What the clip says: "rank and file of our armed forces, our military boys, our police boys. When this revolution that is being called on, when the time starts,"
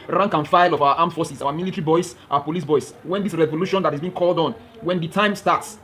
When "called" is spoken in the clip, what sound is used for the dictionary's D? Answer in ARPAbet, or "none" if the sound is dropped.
D